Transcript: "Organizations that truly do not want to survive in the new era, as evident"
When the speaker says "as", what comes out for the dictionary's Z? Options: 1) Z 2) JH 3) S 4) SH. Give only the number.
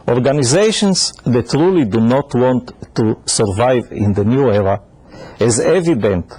1